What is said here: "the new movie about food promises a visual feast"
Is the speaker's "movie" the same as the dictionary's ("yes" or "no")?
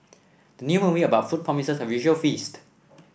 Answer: no